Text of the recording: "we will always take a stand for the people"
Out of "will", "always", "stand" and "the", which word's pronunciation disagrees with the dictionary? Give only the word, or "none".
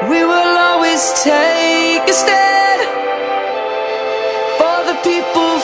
stand